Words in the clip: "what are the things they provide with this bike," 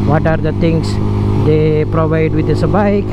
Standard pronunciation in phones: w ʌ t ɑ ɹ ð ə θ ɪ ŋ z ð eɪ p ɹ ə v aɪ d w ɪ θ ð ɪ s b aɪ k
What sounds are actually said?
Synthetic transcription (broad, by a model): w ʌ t ɑ ɹ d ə t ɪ ŋ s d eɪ p ɹ ə v aɪ d w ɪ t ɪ s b aɪ k